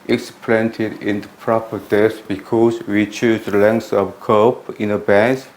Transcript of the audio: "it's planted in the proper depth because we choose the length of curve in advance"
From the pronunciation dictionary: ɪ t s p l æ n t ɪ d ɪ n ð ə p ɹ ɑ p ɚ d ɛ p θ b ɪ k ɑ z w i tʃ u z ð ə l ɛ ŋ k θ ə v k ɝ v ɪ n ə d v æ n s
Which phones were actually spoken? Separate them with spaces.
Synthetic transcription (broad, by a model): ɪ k s p l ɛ n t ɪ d ɪ n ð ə p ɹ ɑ p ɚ d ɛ θ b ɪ k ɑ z w i tʃ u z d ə l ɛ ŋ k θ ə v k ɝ p ɪ n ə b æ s